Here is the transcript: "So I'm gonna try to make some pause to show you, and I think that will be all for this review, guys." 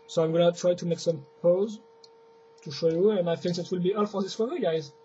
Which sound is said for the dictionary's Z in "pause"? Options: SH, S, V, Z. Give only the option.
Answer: Z